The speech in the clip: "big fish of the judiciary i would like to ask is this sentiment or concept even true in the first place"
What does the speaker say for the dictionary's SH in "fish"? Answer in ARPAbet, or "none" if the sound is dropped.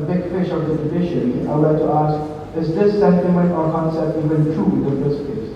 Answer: SH